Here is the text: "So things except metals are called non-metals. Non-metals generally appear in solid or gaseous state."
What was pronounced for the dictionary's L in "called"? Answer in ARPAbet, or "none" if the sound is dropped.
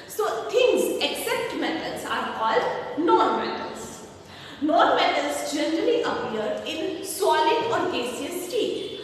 L